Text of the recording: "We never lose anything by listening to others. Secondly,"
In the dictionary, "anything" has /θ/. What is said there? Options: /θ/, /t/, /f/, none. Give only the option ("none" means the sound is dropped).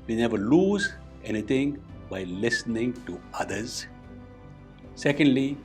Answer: /t/